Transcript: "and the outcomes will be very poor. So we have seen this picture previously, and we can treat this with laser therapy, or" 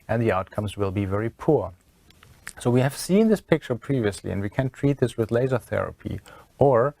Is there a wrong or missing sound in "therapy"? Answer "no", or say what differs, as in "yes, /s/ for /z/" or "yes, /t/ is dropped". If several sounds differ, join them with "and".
no